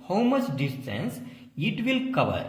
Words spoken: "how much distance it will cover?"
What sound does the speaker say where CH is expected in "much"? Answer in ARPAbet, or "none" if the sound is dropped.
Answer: S